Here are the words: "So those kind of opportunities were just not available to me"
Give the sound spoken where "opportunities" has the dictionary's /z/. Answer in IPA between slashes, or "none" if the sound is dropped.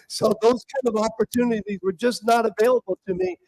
/z/